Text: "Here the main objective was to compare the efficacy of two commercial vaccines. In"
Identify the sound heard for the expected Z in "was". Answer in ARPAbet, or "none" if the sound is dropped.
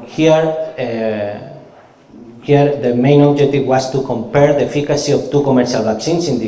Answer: S